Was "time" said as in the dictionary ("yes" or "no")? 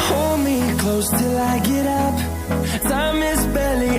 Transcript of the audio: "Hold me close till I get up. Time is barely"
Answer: no